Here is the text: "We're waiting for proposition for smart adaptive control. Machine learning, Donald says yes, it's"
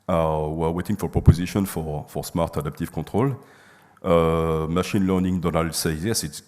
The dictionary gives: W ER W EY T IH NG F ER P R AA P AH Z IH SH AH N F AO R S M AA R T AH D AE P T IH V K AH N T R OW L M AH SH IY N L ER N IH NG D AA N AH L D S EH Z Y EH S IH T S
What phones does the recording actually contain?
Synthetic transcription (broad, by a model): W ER W EY T IH NG F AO P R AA P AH Z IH SH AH N F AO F S M AA R T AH D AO P T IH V K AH T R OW L M AH SH IY N L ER N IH NG D AA N AH L D S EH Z Y EH S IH T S